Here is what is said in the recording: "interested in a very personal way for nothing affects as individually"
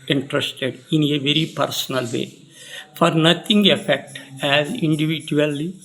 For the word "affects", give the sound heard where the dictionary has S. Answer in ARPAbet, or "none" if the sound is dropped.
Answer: none